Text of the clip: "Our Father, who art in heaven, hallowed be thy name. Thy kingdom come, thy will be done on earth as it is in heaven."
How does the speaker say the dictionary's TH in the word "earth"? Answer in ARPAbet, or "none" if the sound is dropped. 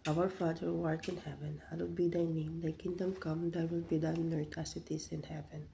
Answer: T